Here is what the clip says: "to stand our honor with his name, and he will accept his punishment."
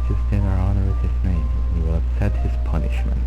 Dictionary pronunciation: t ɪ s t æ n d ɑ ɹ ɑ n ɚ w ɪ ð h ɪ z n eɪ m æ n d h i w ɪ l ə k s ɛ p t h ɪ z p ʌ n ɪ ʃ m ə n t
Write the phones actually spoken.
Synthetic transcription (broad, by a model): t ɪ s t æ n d ɑ ɹ ɑ n ɚ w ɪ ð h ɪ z n eɪ m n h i w ɪ l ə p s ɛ t h ɪ z p ʌ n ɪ ʃ m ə n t